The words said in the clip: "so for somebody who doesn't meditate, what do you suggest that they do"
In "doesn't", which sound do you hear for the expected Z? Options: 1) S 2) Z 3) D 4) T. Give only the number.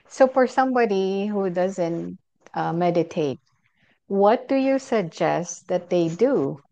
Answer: 2